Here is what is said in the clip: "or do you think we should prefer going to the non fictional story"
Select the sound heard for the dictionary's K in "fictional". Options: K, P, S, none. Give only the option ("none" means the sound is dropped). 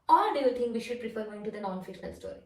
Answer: none